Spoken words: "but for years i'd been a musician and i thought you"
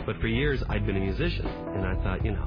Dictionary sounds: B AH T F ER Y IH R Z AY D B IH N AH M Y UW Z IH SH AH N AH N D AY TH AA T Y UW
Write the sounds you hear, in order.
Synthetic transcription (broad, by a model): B AH T F ER Y IH R Z AY D B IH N AH M Y UW Z IH SH AH N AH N AY TH AA T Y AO